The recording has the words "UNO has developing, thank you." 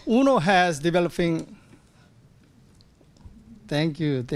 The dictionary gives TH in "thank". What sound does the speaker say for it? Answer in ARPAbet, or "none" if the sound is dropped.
T